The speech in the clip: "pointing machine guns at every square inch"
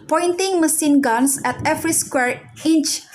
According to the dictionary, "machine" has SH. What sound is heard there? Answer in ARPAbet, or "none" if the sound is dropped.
S